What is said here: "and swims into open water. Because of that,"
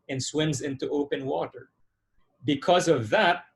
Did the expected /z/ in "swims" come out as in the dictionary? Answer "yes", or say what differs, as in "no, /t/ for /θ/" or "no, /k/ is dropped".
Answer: yes